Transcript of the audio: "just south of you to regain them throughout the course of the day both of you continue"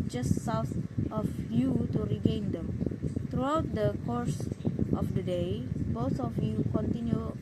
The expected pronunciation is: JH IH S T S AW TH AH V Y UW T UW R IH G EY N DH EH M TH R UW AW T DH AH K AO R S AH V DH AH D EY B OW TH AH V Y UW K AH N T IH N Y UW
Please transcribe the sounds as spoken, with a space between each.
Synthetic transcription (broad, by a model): JH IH S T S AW S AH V Y UW T UW R IH G EY N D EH M T R UW AW T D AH K AO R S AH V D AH D EY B OW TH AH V Y UW K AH N T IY N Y UW